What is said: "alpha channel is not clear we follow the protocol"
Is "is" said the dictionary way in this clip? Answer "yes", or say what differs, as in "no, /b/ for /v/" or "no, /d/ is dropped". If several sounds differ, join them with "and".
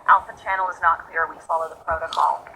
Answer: yes